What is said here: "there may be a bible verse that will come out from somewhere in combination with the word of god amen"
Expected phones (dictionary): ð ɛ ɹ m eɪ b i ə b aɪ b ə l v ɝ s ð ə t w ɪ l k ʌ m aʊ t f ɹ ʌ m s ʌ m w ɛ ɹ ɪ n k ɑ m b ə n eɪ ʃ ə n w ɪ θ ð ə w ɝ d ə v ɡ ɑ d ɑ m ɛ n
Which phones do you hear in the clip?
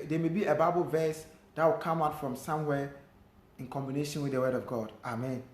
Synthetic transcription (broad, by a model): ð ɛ m eɪ b i ə b aɪ b ə l v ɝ s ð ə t w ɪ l k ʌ m aʊ t f ɹ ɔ m s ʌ m w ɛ ɪ n k ɑ m b ə n eɪ ʃ ə n w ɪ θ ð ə w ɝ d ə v ɡ ɑ d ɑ m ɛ n